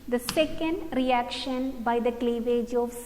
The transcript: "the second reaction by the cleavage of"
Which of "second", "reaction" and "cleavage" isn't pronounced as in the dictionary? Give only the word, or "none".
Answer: none